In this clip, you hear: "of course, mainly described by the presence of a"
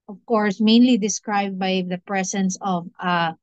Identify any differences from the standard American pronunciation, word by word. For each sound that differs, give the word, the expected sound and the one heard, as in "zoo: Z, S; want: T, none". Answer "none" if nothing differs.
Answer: presence: Z, S